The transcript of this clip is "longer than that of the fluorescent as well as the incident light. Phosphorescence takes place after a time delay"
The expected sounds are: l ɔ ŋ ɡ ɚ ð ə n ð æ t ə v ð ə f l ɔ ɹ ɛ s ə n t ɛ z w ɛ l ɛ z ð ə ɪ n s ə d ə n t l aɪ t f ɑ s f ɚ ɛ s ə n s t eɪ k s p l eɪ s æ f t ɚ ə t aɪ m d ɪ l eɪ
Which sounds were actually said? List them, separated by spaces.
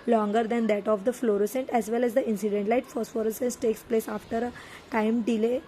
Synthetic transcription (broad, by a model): l ɔ ŋ ɡ ɚ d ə n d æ t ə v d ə f l ɔ ɹ ɛ s ə n t ɛ z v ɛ l ɛ z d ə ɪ n s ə d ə n t l aɪ t f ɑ s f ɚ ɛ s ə n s t eɪ k s p l eɪ s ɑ f t ɚ ə t aɪ m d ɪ l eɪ